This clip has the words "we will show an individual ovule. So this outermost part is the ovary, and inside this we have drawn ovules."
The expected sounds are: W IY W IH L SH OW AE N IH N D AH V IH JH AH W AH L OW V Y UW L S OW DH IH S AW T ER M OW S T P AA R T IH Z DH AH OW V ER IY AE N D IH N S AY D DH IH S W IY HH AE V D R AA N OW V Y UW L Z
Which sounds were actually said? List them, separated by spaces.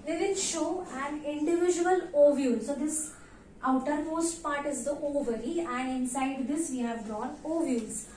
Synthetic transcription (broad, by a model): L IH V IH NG SH OW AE N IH N D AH V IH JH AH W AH L OW V Y UW L S OW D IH S AW T ER M OW S T P AA R T IH Z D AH OW V ER IY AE N D IH N S AY D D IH S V IY HH AE V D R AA N OW V Y UW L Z